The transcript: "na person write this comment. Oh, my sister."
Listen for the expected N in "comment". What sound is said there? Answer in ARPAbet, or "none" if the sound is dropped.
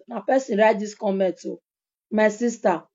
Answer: none